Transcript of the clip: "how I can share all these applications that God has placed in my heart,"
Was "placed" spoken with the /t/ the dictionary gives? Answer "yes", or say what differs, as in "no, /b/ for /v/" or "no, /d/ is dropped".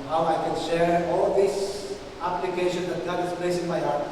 no, /t/ is dropped